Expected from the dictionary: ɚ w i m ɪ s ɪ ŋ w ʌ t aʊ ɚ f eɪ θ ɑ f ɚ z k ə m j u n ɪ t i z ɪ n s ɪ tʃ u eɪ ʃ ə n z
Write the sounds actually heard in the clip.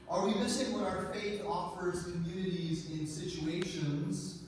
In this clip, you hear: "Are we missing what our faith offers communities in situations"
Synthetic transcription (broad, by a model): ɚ w i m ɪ s ɪ ŋ w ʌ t aʊ ɚ f eɪ θ ɑ f ɚ z k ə m j u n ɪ t i z ɪ n s ɪ tʃ u eɪ ʃ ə n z